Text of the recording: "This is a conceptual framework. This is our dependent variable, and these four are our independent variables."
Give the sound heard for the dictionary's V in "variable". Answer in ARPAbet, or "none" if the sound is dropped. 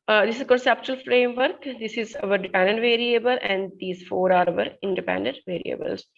V